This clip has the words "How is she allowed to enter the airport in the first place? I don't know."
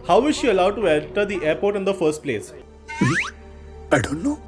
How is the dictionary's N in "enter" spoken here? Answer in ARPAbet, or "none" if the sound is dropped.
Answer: L